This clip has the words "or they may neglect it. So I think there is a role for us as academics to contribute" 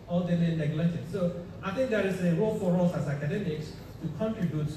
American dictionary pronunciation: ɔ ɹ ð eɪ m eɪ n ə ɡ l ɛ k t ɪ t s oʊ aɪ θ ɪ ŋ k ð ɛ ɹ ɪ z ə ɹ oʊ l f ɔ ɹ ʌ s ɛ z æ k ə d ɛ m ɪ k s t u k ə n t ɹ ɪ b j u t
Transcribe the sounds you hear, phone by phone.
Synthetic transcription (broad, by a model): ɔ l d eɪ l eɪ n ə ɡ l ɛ t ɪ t s oʊ aɪ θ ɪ ŋ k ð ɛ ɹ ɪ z ə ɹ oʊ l f ɔ ɹ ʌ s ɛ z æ k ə d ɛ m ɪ k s t u k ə n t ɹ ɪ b j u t